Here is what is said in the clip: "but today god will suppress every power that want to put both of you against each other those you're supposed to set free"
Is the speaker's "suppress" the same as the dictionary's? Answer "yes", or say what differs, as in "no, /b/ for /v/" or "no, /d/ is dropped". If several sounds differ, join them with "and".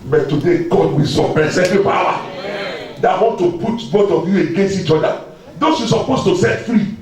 no, /ɹ/ is dropped